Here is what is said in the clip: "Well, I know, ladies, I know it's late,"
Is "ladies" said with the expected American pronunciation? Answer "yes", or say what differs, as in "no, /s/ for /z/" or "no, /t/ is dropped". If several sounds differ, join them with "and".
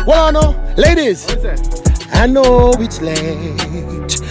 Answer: yes